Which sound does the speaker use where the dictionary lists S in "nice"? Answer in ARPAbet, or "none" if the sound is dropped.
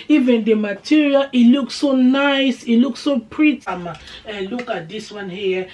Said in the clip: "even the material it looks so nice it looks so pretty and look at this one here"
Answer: S